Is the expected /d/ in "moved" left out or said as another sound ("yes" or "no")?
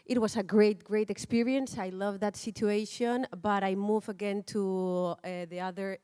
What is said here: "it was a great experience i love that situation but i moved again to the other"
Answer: yes